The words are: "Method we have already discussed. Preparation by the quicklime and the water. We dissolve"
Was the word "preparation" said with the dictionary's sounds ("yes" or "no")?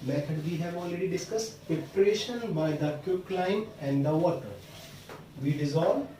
no